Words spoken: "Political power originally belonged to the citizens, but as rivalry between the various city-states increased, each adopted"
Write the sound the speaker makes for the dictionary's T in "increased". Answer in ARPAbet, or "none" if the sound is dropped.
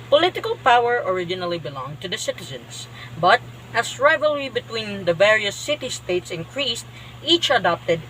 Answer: T